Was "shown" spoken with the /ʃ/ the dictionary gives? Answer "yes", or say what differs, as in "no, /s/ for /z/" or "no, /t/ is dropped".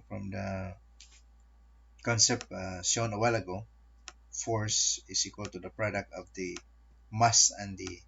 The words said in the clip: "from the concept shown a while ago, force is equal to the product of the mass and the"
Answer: no, /s/ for /ʃ/